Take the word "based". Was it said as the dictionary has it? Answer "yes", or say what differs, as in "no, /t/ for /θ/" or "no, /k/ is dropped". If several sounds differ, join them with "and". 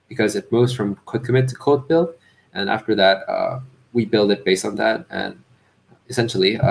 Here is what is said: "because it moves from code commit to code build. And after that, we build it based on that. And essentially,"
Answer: yes